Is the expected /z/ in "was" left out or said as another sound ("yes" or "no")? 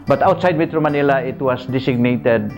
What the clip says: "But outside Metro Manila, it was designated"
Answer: yes